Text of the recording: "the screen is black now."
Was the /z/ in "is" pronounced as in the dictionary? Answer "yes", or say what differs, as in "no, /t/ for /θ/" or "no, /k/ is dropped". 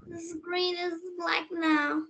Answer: yes